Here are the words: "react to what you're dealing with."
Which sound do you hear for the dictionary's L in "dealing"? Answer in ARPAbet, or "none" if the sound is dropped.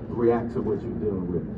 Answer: none